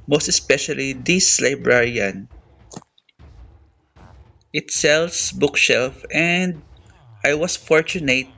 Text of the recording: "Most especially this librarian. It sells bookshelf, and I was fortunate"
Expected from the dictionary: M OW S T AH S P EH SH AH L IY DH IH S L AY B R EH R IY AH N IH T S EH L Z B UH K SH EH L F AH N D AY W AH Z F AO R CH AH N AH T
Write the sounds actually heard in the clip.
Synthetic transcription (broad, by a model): M OW S T AH S P EH SH AH L IY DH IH S L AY B R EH R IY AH N IH T S EH L S B UH K SH EH L F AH N D AY W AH S F AO R CH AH N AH T